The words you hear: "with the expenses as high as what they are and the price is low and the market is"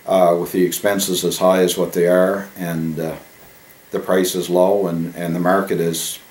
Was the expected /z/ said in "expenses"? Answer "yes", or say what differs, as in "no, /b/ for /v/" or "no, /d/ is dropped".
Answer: yes